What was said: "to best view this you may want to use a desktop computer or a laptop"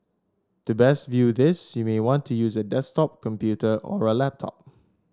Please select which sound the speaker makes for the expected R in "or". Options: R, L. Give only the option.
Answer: R